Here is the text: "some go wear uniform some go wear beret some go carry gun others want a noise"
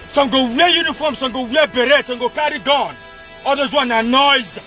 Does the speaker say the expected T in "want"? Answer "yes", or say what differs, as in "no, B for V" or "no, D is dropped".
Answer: no, T is dropped